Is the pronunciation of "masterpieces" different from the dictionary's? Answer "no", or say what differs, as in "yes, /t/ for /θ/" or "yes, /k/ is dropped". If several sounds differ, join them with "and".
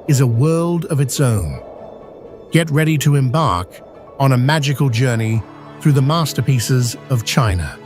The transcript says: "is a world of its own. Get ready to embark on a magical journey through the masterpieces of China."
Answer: no